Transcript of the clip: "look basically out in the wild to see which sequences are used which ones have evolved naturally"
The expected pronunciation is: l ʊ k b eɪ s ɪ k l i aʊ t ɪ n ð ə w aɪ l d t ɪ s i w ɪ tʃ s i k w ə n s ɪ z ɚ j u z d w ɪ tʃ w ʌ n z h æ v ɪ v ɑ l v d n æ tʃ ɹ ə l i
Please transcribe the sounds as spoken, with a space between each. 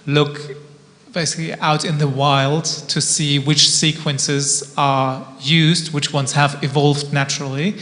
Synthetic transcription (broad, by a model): l ʊ k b eɪ s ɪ k l i aʊ t ɪ n ð ə w aɪ l d t ɪ s i w ɪ tʃ s i k w ə n s ɪ z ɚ j u z d w ɪ tʃ w ʌ n z h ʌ v ɪ v ɑ l v d n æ tʃ ɹ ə l i